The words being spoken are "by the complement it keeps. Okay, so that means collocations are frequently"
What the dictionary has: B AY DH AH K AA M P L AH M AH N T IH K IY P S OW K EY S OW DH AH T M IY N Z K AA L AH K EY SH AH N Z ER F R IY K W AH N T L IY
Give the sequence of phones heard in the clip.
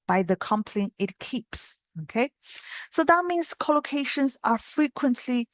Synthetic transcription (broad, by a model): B AY DH AH K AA M P L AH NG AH T K IY P S OW K EY S OW DH AH T M IY N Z K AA L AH K EY SH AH N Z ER F R IY K W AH N T L IY